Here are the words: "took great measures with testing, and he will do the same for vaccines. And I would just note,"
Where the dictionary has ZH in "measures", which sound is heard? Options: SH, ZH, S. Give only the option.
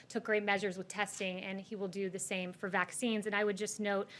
ZH